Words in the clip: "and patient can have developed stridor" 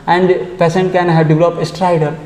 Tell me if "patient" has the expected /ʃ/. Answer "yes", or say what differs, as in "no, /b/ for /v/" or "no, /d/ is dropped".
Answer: no, /s/ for /ʃ/